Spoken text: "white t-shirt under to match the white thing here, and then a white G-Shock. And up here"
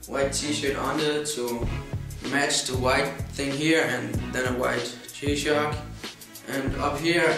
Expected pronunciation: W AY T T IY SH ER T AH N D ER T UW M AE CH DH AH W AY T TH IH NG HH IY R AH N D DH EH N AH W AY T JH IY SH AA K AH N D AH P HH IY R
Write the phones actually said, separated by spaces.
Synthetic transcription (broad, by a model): W AY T T IY SH ER T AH N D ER T UW M AE CH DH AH W AY T TH IH NG HH IY R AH N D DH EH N AH W AY T CH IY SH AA K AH N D AH P HH IY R